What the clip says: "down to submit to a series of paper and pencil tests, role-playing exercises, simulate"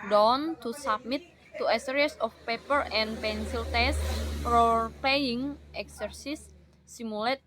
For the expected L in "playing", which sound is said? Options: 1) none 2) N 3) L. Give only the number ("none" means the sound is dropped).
1